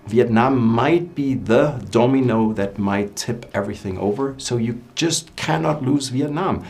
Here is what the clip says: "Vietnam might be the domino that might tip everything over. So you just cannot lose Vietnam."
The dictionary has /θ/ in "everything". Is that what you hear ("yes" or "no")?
yes